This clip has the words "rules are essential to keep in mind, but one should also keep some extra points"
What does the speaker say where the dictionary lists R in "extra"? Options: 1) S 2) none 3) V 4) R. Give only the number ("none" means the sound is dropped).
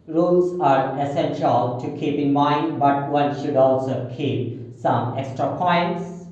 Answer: 4